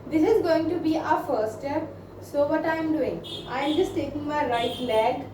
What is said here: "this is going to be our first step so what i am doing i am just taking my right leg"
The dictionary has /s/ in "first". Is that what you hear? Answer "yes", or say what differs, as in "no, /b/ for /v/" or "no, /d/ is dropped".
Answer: no, /s/ is dropped